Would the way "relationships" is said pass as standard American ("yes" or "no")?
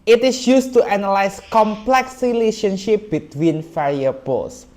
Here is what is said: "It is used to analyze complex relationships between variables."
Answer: no